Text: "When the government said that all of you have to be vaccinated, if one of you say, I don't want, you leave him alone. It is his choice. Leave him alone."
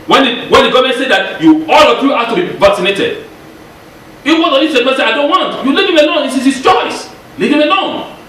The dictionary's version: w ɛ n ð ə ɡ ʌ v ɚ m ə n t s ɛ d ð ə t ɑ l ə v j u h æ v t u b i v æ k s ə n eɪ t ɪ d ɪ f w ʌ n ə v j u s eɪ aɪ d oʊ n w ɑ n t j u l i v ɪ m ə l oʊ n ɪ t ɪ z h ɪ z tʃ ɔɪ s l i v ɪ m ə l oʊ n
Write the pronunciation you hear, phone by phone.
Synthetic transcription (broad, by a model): w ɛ n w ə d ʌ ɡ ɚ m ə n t s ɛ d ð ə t ɑ l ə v j u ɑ t u b i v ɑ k s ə n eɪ t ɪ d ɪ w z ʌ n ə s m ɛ s eɪ aɪ d oʊ n w ɑ n t j u l i v ɪ m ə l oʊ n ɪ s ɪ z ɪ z tʃ ɔɪ s l i v ɪ m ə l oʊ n